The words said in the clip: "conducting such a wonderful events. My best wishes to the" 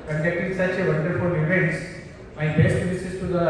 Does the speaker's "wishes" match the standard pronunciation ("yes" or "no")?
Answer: no